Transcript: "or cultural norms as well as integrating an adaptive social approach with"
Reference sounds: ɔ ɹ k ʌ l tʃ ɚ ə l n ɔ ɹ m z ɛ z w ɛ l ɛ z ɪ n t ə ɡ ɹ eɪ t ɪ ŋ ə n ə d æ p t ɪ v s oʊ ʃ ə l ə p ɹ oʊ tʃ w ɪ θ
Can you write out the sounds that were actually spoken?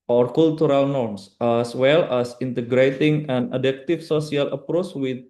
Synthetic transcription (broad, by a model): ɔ ɹ k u l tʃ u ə l n ɔ ɹ m s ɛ s w ɛ l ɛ s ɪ n t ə ɡ ɹ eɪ t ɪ ŋ ə n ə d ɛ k t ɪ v s oʊ s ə l ə p ɹ oʊ tʃ w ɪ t